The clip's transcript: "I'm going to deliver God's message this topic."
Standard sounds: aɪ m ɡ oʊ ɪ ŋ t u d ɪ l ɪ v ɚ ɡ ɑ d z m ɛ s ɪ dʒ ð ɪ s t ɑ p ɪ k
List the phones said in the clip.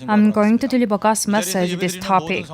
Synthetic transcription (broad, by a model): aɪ m ɡ oʊ ɪ ŋ t u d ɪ l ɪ b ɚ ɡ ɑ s m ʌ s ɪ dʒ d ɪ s t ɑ p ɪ k